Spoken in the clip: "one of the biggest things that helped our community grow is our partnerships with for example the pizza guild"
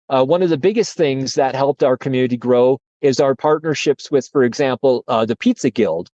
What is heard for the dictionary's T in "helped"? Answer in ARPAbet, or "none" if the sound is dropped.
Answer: T